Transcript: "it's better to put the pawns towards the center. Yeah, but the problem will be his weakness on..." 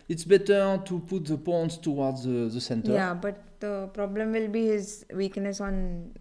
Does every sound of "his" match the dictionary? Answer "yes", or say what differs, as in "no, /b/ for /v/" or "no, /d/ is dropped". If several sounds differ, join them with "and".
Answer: yes